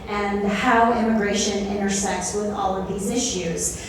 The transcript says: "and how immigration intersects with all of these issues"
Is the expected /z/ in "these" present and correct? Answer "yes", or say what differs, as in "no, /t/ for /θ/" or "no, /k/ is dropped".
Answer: yes